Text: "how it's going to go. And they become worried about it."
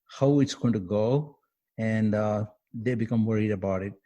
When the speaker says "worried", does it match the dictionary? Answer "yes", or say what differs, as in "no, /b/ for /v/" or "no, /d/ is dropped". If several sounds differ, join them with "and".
yes